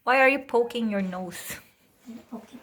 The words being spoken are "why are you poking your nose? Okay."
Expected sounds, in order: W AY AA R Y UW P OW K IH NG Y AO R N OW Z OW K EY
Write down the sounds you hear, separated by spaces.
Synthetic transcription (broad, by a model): W AY AA R Y UW P OW K IH NG Y AO R N OW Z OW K